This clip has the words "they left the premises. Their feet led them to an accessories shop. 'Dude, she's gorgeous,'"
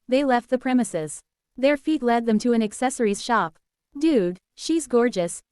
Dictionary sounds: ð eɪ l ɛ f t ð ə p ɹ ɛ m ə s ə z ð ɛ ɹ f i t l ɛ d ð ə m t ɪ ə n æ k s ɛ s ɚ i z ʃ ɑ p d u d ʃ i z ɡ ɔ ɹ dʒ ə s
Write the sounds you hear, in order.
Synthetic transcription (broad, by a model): ð eɪ l ɛ f t ð ə p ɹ ɛ m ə s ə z ð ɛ ɹ f i t l ɛ d ð ə m t ɪ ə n æ k s ɛ s ɚ i z ʃ ɑ p d u d ʃ i z ɡ ɔ ɹ dʒ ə s